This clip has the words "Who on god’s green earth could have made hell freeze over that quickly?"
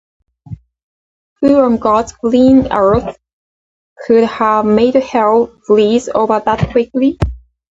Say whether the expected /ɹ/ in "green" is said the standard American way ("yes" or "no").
no